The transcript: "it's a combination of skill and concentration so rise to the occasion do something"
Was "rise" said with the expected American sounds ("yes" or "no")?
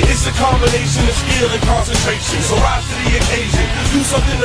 no